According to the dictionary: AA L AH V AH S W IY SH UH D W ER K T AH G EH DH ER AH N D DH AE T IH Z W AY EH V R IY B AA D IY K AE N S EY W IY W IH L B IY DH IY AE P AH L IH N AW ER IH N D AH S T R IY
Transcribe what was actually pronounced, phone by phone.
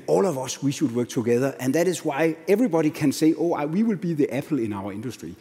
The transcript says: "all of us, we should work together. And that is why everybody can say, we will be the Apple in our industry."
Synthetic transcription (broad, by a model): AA L AH V AH S W IY SH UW D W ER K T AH G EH DH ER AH N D DH AE T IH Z W AY EH V R IY B AA D IY K AE N S EY W IY W IH L B IY DH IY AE P L IH N AW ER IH N D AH S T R IY